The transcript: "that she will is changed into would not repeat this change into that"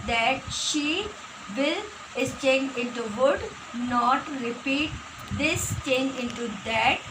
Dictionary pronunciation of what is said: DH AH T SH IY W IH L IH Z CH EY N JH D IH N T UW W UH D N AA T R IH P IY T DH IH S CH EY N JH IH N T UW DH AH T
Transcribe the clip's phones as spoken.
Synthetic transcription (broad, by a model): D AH T SH IY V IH L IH S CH EY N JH IH N T UW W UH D N AA T R IH P IY T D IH S CH EY N JH IH N T UW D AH T